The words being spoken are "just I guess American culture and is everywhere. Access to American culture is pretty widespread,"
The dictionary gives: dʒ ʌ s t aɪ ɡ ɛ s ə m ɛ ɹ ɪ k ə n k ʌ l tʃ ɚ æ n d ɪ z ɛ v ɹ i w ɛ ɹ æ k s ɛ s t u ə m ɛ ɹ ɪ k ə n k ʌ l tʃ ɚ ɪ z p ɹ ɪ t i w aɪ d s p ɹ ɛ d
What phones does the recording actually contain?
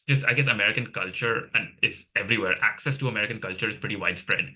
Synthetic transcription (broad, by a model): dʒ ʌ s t aɪ ɡ ɛ s ə m ɛ ɹ ɪ k ə n k ʌ l tʃ ɚ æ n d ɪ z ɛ v ɹ i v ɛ ɹ æ k s ɛ s t u ə m ɛ ɹ ɪ k ə n k ʌ l tʃ ɚ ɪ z p ɹ ɪ t i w aɪ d s p ɹ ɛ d